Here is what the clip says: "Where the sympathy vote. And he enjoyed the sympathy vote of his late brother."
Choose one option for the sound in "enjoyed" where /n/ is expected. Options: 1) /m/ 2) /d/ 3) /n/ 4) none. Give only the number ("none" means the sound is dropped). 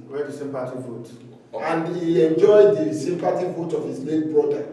3